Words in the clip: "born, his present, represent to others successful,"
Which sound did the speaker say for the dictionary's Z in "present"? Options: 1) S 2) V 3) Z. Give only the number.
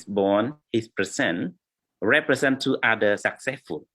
1